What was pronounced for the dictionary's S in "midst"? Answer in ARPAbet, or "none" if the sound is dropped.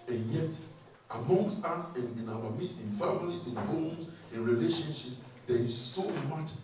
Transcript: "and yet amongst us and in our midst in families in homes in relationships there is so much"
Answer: none